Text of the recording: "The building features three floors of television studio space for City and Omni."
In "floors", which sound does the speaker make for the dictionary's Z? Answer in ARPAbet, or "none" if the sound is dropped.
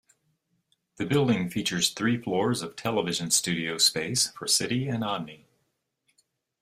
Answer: Z